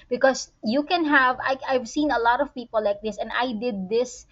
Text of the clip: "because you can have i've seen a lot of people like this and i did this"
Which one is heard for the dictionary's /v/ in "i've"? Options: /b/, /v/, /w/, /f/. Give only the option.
/v/